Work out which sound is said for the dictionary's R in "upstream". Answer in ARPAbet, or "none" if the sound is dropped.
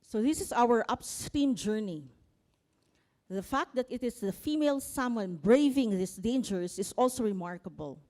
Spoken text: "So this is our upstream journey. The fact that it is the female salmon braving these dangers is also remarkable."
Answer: none